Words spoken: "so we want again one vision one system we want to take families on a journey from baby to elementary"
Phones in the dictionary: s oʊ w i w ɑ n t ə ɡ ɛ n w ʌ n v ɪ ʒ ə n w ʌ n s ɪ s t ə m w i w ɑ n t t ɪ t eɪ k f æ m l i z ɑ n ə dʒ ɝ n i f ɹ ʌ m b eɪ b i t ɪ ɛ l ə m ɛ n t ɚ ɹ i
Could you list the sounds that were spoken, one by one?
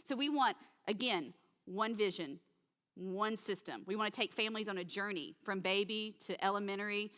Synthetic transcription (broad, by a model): s oʊ w i w ɑ n t ə ɡ ɛ n w ʌ n v ɪ ʒ ə n w ʌ n s ɪ s t ə m w i w ɑ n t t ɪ t eɪ k f æ m l i z n ə dʒ ɝ n i f ɹ ʌ m b eɪ b i t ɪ ɛ l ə m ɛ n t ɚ ɹ i